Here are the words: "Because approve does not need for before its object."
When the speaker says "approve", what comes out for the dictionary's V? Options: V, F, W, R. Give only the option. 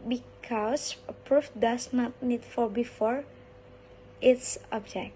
F